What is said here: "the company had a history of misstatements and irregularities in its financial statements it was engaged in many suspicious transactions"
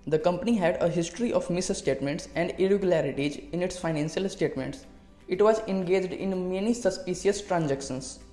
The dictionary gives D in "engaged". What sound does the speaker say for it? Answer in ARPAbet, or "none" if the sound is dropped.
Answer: D